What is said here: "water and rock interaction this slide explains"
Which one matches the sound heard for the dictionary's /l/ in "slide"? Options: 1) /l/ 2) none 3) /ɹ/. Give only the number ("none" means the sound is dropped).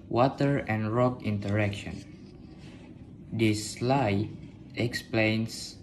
1